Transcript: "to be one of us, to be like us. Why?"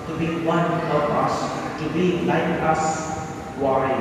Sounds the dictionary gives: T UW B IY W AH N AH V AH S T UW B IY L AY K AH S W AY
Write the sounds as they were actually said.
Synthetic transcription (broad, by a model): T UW B IY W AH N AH P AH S T UW B IY L AY K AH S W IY